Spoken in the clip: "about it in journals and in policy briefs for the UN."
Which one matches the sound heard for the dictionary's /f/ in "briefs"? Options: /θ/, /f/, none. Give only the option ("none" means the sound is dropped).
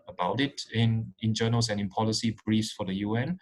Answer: none